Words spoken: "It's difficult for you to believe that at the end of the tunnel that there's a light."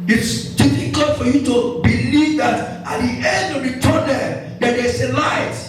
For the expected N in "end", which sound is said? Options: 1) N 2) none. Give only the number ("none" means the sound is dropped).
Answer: 1